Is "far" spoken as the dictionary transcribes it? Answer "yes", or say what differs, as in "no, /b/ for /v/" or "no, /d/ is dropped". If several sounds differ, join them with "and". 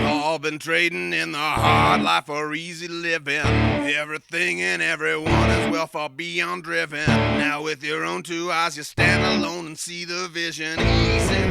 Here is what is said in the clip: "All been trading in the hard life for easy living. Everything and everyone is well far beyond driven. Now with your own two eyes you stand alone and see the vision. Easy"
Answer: no, /l/ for /ɹ/